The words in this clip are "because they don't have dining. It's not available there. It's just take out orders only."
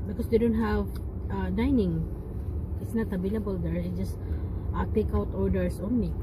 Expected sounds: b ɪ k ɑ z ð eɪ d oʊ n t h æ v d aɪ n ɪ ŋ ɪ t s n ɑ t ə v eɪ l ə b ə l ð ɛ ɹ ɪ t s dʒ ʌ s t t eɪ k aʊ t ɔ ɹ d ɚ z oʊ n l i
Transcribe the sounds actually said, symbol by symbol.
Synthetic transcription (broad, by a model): b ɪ k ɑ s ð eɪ d oʊ n t h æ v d aɪ n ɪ ŋ ɪ t s n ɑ t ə b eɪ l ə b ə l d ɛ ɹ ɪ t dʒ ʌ s t t eɪ k aʊ t ɔ ɹ d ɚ s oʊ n l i